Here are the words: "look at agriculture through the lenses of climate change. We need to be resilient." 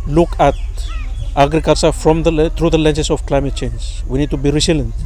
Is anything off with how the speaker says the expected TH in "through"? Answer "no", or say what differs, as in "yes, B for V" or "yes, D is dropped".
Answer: yes, T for TH